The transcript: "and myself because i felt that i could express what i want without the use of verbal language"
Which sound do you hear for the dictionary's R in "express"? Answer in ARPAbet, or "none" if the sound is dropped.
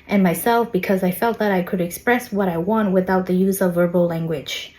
R